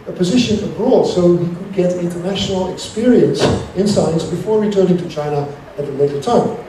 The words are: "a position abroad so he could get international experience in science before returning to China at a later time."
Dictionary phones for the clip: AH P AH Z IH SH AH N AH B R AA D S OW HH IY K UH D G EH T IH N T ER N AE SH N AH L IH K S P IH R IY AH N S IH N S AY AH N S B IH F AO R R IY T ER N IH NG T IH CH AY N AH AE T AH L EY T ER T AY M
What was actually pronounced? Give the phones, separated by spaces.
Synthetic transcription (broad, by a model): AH P AH Z IH SH AH N AH B R AA D S OW HH IY K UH D G EH T IH N T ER N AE SH N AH L IH K S P IH R IY AH N S IH N S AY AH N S B IH F AO R R IY T ER N IH NG T IH CH AY N AH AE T AH L EY T ER T AY M